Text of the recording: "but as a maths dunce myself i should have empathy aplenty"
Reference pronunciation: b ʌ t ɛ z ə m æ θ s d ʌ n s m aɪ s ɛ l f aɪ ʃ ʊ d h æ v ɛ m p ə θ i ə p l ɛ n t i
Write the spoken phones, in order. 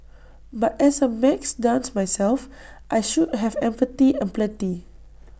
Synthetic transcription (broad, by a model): b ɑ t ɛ s ə m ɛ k s d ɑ n s m aɪ s ɛ l f aɪ ʃ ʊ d h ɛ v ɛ m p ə t i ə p l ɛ t i